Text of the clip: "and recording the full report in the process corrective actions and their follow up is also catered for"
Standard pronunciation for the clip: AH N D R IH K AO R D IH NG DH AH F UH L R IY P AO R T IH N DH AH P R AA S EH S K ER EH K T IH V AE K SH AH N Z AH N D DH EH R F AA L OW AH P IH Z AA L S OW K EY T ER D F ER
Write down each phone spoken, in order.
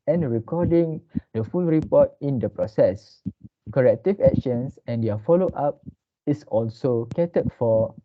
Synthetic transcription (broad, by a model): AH N R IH K AO D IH NG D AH F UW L R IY P AO T IH N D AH P R AA S EH S K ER EH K T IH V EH K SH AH N S AH N D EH F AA L OW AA P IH S AA L S OW K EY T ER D F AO